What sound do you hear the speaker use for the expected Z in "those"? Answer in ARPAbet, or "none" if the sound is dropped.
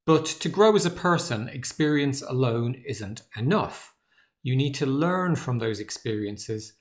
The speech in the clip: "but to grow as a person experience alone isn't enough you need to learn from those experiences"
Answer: Z